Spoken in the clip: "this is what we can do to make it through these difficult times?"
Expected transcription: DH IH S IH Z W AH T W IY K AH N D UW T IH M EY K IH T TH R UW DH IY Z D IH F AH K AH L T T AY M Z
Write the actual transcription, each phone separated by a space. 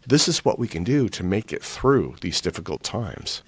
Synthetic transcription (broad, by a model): DH IH S IH Z W AH T W IY K AH N D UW T IH M EY K IH T TH R UW DH IY Z D IH F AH K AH L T T AY M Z